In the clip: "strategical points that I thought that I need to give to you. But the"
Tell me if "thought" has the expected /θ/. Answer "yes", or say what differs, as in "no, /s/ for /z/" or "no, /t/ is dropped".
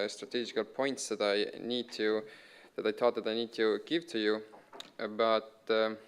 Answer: no, /t/ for /θ/